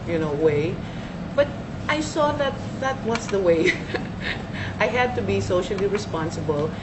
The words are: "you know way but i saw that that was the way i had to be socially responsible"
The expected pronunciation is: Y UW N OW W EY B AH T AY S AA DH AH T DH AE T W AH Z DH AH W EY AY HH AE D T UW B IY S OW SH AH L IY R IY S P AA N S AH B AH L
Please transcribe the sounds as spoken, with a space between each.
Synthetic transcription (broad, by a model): Y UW N OW W EY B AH T AY S AA DH AH T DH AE T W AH S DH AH W EY AY HH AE D T UW B IY S OW SH AH L IY R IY S P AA N S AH B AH L